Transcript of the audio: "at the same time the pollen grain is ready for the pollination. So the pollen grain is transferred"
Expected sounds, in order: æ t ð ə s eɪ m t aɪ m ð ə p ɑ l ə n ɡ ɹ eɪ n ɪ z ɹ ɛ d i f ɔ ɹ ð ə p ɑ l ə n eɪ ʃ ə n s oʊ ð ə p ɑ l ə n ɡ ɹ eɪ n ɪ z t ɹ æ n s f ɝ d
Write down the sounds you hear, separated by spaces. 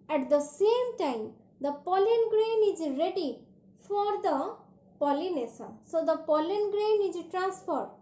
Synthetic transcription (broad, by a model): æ t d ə s eɪ m t aɪ m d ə p ɑ l ə n ɡ ɹ eɪ n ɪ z ɹ ɛ d i f ɔ ɹ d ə p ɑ l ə n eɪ s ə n s oʊ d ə p ɑ l ə n ɡ ɹ eɪ n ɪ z t ɹ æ n s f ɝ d